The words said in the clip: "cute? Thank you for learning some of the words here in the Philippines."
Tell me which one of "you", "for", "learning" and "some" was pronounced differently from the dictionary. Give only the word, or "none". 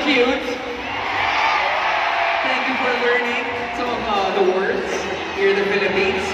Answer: none